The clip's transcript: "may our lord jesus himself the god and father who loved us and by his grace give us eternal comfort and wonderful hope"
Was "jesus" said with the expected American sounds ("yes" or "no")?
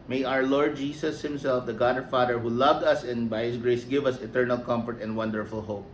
no